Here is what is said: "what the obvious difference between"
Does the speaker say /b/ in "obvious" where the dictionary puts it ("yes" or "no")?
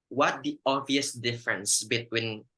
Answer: no